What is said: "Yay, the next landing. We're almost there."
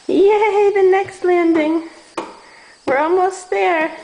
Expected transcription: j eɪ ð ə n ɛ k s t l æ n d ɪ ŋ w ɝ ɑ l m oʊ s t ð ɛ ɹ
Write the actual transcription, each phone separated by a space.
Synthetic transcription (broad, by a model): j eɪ ð ə n ɛ k s t l æ n d ɪ ŋ w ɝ ɑ l m oʊ s t ð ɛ ɹ